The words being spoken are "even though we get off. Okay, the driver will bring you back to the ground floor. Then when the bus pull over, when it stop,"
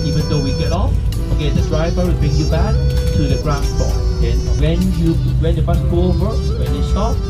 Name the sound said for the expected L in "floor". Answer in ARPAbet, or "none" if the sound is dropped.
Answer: none